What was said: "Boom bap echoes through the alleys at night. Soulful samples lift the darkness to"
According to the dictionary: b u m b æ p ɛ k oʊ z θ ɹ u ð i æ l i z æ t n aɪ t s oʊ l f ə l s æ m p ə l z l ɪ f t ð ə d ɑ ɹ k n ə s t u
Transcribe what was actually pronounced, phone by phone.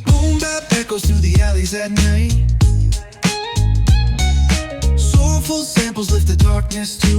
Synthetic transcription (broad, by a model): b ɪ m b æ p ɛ k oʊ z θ u ð i æ l i z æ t n aɪ t s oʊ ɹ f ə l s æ m p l z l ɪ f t ð ə d ɑ ɹ k n ə s t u